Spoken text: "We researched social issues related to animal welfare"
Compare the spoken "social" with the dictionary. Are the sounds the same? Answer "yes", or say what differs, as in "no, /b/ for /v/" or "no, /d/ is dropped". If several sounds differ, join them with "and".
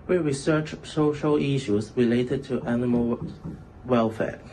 yes